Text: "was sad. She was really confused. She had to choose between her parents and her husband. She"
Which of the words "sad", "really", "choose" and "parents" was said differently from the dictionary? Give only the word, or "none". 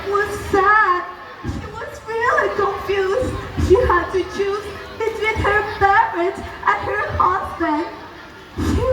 parents